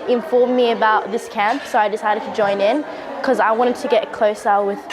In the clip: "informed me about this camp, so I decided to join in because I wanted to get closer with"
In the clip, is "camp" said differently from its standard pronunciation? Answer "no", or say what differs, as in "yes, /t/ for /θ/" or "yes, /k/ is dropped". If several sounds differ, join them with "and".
no